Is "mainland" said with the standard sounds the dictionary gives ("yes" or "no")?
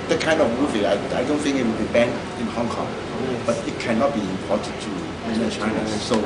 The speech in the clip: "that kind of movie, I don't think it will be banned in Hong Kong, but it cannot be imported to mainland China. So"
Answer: no